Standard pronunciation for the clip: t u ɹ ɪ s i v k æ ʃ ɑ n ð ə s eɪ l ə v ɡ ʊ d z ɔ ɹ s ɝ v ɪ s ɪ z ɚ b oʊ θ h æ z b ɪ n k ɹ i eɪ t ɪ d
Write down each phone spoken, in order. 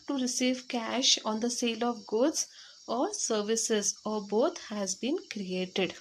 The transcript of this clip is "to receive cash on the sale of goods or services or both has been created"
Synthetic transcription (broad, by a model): t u ɹ ɪ s i v k æ ʃ ɑ n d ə s eɪ l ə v ɡ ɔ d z ɔ ɹ s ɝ v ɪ s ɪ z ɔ b oʊ t h æ z b ɪ n k ɹ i eɪ t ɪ d